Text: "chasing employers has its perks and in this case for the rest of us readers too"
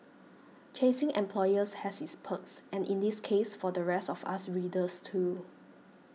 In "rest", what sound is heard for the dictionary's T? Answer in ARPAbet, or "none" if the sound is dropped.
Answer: T